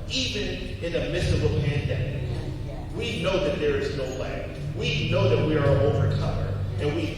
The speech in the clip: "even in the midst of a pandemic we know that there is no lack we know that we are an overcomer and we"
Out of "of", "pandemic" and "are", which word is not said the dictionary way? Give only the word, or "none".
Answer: of